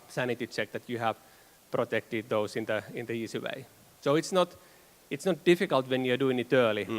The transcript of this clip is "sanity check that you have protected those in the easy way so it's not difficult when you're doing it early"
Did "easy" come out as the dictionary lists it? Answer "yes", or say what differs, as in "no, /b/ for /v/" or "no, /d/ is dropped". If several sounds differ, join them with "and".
no, /s/ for /z/